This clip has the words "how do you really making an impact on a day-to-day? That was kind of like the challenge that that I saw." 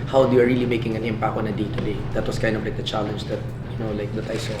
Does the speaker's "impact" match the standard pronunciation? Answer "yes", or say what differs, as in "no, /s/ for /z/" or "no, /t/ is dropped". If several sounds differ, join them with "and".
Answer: no, /t/ is dropped